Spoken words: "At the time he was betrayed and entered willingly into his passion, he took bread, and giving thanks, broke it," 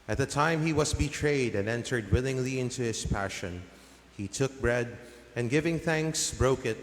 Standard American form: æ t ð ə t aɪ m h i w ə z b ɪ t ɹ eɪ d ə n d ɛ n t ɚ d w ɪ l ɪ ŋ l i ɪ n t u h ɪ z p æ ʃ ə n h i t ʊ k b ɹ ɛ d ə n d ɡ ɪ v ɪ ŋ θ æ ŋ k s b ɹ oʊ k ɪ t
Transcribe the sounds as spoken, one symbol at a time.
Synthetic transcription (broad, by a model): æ t ð ə t aɪ m h i w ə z b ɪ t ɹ eɪ d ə n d ɛ n t ɚ d w ɪ l ɪ ŋ l i ɪ n t u h ɪ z p æ ʃ ə n h i t ʊ k b ɹ ɛ d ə n ɡ ɪ v ɪ ŋ θ æ ŋ k s b ɹ oʊ k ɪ t